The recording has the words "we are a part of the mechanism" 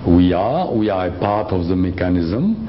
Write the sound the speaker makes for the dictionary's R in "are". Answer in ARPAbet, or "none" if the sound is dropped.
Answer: W